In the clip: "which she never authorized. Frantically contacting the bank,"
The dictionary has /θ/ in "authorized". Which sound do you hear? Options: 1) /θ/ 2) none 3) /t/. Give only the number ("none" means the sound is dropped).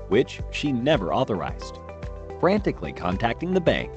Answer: 1